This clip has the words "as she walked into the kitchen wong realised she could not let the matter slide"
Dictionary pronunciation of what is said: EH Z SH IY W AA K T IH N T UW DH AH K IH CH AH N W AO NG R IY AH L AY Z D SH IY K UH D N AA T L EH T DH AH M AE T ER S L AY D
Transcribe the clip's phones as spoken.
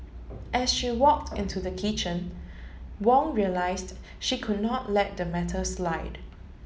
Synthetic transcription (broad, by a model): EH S SH IY W AA K T IH N T UW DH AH K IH CH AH N W AO NG R IY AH L AY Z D SH IY K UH D N AA T L EH T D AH M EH T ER S L AY D